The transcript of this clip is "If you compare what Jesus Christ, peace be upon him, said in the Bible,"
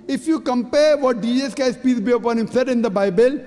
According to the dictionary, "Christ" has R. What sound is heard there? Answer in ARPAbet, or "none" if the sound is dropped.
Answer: none